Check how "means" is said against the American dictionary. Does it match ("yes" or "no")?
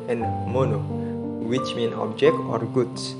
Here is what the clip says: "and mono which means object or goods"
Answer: no